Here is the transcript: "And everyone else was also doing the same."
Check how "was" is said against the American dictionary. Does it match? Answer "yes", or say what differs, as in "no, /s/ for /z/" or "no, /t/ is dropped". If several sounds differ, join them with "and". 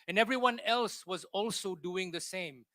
yes